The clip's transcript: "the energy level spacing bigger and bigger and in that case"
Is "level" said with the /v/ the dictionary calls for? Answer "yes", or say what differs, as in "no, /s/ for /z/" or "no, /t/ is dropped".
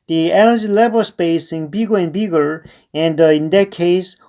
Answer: no, /b/ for /v/